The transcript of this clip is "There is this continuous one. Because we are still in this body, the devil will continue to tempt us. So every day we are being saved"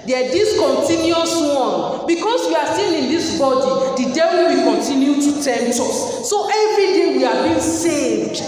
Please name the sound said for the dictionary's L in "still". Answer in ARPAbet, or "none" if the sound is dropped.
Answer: N